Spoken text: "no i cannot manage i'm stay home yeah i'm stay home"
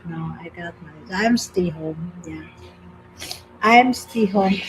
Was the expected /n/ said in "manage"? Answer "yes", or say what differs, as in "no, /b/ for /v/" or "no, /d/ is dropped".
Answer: no, /n/ is dropped